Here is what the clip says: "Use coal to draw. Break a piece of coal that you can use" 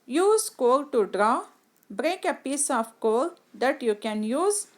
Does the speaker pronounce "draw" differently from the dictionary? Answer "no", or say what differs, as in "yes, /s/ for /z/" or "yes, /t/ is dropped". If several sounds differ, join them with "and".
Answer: no